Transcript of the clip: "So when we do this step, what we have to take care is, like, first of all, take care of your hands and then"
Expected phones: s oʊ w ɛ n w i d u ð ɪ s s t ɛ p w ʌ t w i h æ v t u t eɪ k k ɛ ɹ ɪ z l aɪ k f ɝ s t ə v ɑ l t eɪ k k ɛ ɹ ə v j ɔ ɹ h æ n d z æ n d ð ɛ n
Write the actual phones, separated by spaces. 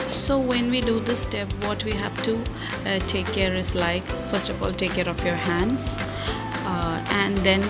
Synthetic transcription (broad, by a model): s oʊ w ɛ n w i d u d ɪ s s t ɛ p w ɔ t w i h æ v t u t eɪ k k ɛ ɹ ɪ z l aɪ k f ɝ s t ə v ɑ l t eɪ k k ɛ ɹ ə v j ɔ ɹ h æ n d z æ n d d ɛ n